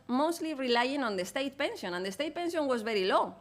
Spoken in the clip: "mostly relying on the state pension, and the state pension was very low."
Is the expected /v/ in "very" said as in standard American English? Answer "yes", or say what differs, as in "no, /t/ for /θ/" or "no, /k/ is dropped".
no, /b/ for /v/